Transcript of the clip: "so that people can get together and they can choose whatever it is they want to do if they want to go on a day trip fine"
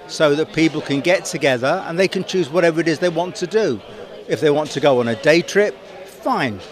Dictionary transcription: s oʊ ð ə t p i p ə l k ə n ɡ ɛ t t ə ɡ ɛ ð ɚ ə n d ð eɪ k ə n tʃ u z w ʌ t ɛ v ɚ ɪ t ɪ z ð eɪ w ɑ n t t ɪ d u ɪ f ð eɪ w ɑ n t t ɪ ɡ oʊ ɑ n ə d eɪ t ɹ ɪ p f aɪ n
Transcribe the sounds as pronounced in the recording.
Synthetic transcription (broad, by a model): s oʊ ð ə t p i p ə l k ə n ɡ ɛ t t ə ɡ ɛ ð ɚ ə n ð eɪ k ə n tʃ u z w ʌ t ɛ v ɚ ɪ t ɪ z ð eɪ w ɑ n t t ɪ d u ɪ f ð eɪ w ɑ n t t ɪ ɡ oʊ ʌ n ə d eɪ t ɹ ɪ p f aɪ n